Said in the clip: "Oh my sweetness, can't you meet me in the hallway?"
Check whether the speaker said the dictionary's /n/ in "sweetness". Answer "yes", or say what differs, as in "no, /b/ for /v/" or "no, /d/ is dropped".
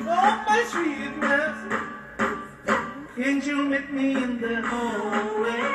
no, /n/ is dropped